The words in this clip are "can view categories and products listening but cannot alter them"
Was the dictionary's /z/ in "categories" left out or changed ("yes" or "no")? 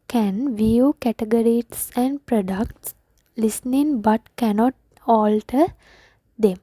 yes